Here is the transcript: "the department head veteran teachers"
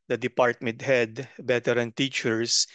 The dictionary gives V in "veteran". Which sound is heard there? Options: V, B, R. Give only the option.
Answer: B